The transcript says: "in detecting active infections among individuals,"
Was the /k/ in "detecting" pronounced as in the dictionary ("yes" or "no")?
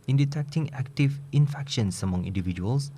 yes